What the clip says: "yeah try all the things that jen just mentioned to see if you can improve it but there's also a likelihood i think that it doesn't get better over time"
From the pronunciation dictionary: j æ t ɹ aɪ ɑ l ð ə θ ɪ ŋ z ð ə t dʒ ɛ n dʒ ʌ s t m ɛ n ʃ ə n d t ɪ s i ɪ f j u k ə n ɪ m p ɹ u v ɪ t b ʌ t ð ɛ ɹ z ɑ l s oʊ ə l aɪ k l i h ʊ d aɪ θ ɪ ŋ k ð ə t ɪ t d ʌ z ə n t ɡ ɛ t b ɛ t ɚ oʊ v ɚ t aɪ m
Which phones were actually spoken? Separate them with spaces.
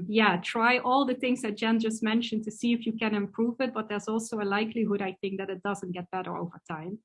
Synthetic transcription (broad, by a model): j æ t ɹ aɪ ɑ l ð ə θ ɪ ŋ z ð ə t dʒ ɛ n dʒ ʌ s t m ɛ n ʃ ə n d t ɪ s i ɪ f j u k ə n ɪ m p ɹ u v ɪ t b ʌ t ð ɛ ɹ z ɑ l s oʊ ə l aɪ k l i h ʊ d aɪ θ ɪ ŋ k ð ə t ɪ t d ʌ z ə n t ɡ ɛ t b ɛ t ɚ oʊ v ɚ t aɪ m